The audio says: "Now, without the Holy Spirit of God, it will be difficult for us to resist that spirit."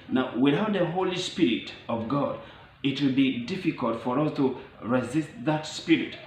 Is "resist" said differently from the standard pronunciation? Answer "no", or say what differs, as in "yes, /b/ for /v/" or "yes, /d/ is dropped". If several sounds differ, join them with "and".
no